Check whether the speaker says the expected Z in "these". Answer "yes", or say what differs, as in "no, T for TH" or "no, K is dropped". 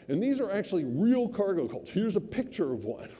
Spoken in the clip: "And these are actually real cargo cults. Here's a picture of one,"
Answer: yes